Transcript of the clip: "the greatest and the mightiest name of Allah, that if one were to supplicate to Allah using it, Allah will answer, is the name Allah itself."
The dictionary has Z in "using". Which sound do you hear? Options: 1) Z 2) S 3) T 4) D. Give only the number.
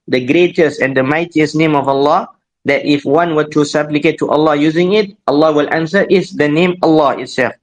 1